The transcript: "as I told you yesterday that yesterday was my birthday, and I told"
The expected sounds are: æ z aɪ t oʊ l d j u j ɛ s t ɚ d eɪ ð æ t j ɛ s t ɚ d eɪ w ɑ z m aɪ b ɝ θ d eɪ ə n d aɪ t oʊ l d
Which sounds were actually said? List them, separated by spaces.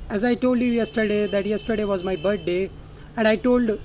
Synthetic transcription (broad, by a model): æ z aɪ t oʊ l d j u j ɛ s t ɚ d eɪ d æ t j ɛ s t ɚ d eɪ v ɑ z m aɪ b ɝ t d eɪ ə n d aɪ t oʊ l d